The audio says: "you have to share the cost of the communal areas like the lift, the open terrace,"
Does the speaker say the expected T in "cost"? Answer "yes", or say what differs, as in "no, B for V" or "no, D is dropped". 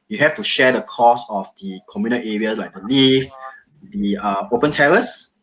no, T is dropped